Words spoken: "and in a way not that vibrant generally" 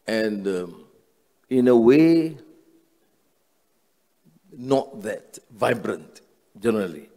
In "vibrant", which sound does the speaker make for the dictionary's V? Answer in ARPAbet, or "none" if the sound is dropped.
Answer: V